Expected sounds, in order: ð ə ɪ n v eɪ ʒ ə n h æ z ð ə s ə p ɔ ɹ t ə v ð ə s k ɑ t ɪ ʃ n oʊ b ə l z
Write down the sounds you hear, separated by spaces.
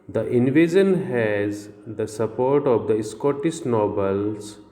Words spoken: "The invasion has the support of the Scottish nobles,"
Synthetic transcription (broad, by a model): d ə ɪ n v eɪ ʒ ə n h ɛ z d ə s ə p ɔ ɹ t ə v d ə s k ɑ t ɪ s n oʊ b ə l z